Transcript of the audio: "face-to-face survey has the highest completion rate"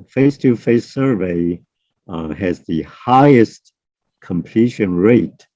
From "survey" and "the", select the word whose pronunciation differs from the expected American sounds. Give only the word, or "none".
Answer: none